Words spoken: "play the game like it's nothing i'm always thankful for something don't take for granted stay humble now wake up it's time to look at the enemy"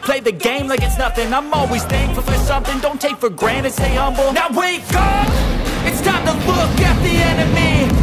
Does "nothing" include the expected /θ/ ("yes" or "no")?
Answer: yes